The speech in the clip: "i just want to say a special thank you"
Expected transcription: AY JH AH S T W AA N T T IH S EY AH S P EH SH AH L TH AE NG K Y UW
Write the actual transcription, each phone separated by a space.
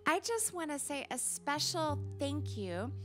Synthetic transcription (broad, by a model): AY JH AH S T W AA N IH S EY AH S P EH SH L TH AE NG K Y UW